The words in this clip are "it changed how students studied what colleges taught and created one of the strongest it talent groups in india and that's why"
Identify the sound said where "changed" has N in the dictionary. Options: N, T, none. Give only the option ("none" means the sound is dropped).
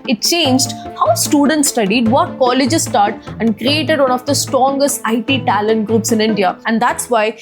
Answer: N